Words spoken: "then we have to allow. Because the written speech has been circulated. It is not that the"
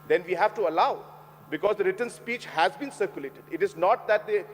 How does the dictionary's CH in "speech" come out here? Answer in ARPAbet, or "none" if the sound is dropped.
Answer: CH